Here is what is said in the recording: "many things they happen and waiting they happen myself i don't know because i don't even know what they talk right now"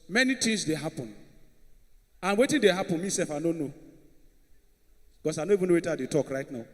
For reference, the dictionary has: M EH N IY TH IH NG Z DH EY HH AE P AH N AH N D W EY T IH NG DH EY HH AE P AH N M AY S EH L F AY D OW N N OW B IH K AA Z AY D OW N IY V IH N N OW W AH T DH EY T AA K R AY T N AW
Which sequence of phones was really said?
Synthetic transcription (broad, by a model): M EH N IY T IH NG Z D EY HH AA P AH N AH N W EY T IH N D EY HH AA P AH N M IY S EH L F AY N OW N N OW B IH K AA S AY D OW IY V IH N N OW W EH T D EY T AA K R AY T N AW